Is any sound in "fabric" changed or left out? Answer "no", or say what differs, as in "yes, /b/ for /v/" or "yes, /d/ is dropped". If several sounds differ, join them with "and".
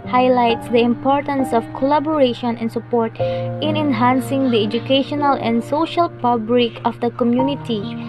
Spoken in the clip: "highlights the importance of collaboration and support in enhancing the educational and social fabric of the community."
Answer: yes, /p/ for /f/ and /l/ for /ɹ/